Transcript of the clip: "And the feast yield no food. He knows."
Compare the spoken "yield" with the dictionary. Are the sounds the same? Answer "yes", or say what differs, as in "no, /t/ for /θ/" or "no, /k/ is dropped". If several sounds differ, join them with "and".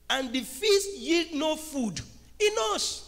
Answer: yes